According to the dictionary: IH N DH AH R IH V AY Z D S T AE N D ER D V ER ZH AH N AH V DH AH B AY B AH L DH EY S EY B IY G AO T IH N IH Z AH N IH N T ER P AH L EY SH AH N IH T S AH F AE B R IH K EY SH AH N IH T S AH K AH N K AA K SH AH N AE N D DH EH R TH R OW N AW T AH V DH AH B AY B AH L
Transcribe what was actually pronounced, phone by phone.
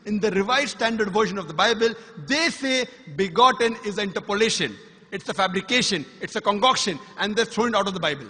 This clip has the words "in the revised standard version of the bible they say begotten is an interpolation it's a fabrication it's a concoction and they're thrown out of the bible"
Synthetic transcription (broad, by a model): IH N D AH R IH V AY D S T AE N D ER D V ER SH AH N AH V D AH B AY B AH L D EY S EY B IY G AO T IH N IH Z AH IH N T ER P AH L EY SH AH N IH T S AH F AE B R IH K EY SH AH N IH T S AH K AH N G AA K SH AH N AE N D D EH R T R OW N AW T AH V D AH B AY B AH L